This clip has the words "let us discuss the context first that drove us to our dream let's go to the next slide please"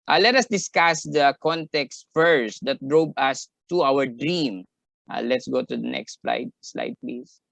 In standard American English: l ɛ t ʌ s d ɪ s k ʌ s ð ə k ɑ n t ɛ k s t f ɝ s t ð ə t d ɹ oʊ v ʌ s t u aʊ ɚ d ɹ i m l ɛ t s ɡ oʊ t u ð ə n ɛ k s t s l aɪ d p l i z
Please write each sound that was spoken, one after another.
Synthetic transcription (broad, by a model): l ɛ t ʌ s d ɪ s k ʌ s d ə k ɑ n t ɛ k s t f ɝ s t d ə t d ɹ oʊ b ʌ s t u aʊ ɚ d ɹ i m l ɛ t s ɡ oʊ t u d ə n ɛ k s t s l aɪ d p l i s